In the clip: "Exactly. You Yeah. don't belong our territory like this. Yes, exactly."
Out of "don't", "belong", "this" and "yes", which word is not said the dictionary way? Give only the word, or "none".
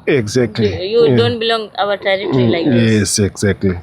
this